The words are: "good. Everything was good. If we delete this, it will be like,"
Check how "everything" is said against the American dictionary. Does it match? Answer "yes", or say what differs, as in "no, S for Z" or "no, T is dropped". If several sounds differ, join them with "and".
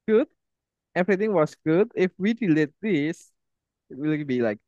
no, T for TH